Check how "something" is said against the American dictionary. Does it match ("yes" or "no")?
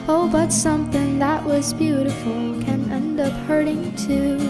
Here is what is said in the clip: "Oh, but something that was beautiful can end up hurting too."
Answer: yes